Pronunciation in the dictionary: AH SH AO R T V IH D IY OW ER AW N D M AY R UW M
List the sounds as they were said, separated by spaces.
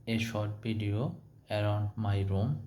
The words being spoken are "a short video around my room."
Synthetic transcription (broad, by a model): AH SH AO R T B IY D IY OW ER AW N D M AY R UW M